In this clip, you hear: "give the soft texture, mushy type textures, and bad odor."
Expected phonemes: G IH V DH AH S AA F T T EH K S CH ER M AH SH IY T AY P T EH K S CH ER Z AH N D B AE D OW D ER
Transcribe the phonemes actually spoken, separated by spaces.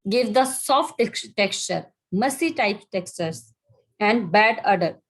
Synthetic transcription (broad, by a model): G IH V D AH S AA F T T EH K S CH ER M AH S IY T AY P T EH K S CH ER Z AH N D B AE D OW D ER